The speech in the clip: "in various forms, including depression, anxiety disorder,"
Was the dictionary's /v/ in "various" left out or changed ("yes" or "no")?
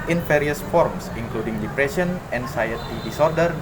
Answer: yes